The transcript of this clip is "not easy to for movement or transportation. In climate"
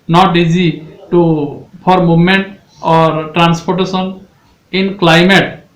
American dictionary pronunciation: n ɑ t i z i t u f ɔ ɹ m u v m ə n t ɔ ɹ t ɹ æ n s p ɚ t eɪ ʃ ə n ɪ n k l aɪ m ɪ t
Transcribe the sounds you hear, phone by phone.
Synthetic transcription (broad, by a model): n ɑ t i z i t u p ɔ ɹ m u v m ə n t ɔ ɹ t ɹ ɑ n s p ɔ t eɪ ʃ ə n ɪ n k l aɪ m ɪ t